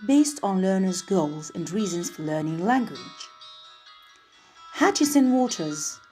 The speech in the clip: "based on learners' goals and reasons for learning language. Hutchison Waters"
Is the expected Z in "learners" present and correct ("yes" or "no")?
yes